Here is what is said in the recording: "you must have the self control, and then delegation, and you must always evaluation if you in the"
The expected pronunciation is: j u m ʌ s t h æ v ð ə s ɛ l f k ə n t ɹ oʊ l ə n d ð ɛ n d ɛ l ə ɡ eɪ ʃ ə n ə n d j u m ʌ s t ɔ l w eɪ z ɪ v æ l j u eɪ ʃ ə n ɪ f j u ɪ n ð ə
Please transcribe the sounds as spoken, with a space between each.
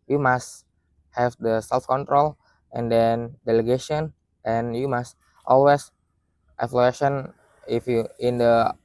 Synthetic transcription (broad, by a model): j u m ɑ s t h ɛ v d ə s ɛ l f k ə n t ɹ oʊ l ə n d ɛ n d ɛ l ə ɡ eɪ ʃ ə n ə n j u m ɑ s t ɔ l w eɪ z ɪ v l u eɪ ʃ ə n ɪ f j u ɪ n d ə